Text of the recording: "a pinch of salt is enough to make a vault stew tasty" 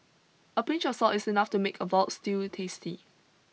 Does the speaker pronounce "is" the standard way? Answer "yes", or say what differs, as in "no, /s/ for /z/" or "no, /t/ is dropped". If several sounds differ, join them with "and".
no, /s/ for /z/